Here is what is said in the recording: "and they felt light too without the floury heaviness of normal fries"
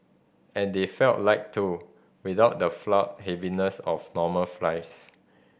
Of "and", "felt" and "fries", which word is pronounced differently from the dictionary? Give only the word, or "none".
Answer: fries